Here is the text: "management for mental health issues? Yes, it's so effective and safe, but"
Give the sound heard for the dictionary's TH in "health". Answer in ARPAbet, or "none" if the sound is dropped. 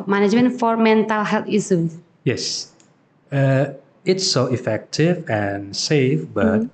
T